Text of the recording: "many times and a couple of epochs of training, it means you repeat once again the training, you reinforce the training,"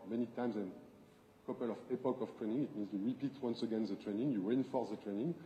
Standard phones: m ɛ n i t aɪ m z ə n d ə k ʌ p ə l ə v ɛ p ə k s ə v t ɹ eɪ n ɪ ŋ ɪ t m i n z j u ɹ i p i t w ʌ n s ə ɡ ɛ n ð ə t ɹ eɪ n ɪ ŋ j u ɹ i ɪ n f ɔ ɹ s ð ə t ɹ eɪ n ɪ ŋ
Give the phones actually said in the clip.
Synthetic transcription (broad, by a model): m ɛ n i t aɪ m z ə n k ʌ p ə l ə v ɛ p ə k ə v t ɹ eɪ n ɪ ŋ ɪ t m i n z j u ɹ i p i t w ʌ n s ə ɡ ɛ n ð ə t ɹ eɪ n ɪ ŋ j u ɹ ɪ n f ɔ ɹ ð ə t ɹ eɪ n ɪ ŋ